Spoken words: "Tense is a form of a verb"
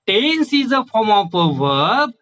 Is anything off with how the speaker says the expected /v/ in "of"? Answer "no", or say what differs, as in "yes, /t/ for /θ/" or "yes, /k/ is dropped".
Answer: yes, /p/ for /v/